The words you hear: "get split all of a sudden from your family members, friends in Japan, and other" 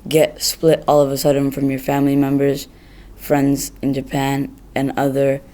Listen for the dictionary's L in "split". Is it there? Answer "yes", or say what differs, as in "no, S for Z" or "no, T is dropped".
yes